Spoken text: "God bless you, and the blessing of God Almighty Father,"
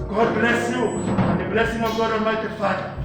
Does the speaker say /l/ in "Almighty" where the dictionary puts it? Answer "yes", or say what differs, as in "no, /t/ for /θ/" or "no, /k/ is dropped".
no, /l/ is dropped